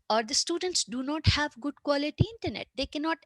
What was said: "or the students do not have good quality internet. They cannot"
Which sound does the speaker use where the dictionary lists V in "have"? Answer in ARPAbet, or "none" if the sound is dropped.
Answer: V